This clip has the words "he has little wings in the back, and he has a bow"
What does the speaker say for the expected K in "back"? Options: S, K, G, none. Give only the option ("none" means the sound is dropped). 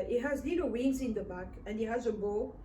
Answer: K